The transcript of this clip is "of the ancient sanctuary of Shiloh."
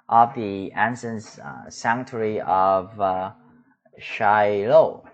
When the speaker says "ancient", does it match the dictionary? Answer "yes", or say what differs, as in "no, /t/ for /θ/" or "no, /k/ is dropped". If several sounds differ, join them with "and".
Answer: no, /s/ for /ʃ/